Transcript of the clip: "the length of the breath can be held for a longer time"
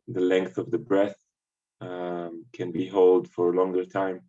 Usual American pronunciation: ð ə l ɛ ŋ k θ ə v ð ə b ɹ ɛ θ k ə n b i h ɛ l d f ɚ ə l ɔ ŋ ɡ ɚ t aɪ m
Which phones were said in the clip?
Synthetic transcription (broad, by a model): ð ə l ɛ ŋ k θ ə v ð ə b ɹ ɛ θ k ə n b i h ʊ l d f ɚ ə l ɔ ŋ ɡ ɚ t aɪ m